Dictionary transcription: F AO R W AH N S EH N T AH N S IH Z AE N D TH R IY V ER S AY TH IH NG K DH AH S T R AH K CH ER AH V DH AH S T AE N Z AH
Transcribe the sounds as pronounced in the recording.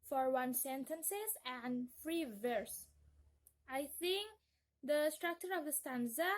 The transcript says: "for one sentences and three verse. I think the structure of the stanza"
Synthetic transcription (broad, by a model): F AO R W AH N S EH N T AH N S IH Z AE N D F R IY V ER S AY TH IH NG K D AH S T R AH K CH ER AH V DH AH S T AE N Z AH